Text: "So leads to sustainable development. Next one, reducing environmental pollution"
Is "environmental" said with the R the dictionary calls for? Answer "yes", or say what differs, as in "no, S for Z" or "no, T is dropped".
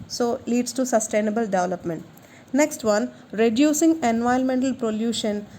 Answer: no, R is dropped